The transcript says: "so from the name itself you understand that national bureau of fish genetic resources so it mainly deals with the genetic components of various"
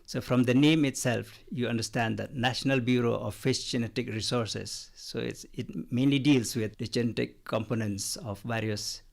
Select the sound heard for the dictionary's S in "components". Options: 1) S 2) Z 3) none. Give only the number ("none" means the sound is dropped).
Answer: 1